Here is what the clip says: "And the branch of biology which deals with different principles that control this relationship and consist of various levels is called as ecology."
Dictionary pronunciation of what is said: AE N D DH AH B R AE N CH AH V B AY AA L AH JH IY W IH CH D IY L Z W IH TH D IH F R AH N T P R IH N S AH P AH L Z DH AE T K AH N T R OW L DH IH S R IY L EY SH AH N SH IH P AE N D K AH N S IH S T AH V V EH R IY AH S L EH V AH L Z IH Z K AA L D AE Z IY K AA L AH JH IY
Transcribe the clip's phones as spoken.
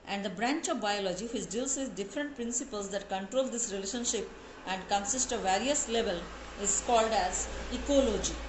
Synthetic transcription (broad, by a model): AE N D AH B R AE N CH AH V B AY AA L AH JH IY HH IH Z D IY L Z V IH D D IH F R AH N T P R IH N S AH P AH L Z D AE T K AH N T R OW L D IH S R IY L EY SH AH N SH IH P AE N D K AH N S IH S T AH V V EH R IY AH S L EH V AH L IH Z K AA L D AE Z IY K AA L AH JH IY